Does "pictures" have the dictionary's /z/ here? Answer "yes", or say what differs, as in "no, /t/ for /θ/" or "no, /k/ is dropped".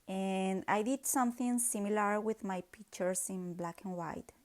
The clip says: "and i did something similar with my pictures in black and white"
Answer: no, /s/ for /z/